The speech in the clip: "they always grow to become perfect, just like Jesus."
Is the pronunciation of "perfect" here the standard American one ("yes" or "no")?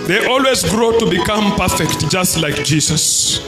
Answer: yes